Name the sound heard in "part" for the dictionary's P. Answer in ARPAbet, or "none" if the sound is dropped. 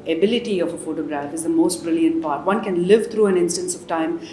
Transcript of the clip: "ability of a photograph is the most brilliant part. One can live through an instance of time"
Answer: P